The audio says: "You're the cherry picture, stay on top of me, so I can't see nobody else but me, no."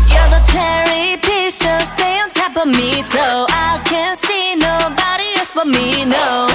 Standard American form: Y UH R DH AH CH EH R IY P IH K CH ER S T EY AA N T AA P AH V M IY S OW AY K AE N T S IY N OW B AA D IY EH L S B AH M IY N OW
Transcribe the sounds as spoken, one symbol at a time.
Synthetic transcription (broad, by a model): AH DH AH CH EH R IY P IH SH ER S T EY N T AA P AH M IY S OW AY K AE N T S IY N OW B AA D IY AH S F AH M IY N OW